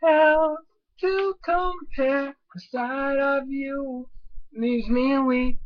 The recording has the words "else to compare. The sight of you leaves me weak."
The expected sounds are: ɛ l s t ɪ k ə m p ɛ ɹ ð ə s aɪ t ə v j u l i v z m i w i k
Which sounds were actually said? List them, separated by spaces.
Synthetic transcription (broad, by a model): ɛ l t ɪ k ə m p ɛ ɹ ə s aɪ t ə v j u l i z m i w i